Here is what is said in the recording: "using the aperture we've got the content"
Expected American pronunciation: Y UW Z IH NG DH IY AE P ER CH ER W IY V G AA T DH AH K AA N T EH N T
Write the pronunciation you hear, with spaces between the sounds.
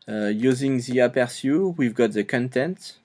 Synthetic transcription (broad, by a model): Y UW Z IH NG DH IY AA P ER S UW W IY V G AA T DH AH K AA N T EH N T